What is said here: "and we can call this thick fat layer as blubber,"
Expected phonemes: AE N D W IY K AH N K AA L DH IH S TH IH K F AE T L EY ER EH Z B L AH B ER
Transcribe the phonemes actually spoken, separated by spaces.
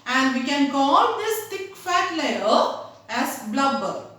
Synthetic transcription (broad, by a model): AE N D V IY K AH N K AA L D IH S T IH K F AE T L EY ER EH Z B L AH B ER